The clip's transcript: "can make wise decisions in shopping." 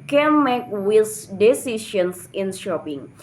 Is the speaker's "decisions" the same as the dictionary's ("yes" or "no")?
no